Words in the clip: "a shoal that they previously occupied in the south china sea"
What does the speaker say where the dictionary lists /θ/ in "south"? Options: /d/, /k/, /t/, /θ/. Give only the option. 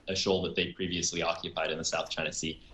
/θ/